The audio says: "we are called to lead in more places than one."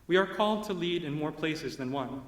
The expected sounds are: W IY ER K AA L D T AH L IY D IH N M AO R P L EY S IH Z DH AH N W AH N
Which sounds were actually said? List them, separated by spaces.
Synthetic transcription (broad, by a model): W IY ER K AA L D T AH L IY D IH N M AO R P L EY S IH Z DH AH N W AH N